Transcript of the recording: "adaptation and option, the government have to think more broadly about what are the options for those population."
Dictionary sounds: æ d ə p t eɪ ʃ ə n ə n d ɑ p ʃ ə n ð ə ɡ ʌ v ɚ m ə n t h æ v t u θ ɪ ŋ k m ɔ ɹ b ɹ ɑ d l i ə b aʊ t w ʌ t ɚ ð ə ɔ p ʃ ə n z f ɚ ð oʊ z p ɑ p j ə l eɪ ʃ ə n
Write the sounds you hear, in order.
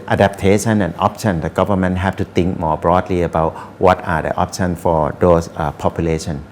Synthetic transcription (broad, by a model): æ d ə p t eɪ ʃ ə n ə n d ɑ p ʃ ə n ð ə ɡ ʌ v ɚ m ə n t h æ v t u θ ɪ ŋ k m ɔ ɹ b ɹ ɑ d l i ə b aʊ t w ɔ t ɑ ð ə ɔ p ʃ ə n f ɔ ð oʊ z p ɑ p j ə l eɪ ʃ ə n